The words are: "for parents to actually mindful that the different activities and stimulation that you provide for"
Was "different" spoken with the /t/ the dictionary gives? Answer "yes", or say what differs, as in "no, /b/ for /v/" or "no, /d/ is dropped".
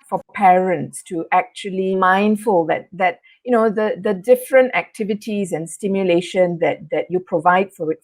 yes